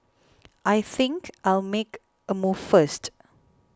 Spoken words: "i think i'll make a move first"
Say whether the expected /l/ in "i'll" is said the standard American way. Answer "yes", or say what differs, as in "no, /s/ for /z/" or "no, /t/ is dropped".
yes